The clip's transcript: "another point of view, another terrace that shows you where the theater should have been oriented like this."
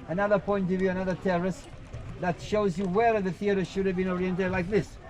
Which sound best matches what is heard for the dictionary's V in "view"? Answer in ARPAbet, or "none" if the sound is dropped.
V